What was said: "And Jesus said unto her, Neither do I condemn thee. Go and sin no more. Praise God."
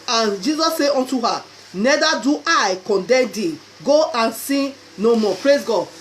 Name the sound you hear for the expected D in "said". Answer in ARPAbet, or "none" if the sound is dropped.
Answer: none